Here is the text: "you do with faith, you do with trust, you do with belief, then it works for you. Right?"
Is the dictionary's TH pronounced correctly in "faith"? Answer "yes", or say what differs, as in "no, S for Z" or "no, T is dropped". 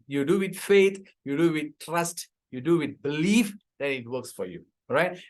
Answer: no, T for TH